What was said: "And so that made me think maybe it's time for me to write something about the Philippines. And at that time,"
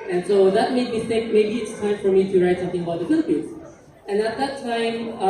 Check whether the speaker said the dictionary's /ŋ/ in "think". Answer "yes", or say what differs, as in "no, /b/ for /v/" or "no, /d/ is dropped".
no, /ŋ/ is dropped